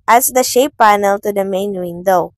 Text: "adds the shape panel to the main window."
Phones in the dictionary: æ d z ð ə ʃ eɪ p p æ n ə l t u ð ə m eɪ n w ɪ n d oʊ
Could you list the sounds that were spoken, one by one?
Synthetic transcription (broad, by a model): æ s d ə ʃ eɪ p p æ n ə l t u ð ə m eɪ n w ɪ n d oʊ